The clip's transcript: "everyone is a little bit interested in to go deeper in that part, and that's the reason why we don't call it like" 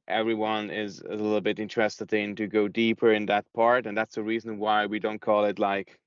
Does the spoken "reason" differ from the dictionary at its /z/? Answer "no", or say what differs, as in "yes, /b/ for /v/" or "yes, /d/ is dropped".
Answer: no